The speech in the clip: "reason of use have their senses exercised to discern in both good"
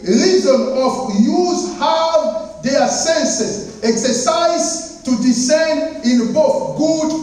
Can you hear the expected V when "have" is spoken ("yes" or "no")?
no